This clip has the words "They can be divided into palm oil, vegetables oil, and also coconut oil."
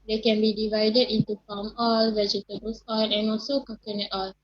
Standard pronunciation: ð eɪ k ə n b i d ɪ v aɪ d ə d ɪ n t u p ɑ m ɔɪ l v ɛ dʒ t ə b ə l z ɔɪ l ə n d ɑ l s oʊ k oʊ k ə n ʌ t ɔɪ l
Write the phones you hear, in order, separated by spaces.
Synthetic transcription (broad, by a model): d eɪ k ə n b i d ɪ v aɪ d ə d ɪ n t u f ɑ m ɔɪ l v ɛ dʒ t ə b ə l s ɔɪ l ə n ɑ l s oʊ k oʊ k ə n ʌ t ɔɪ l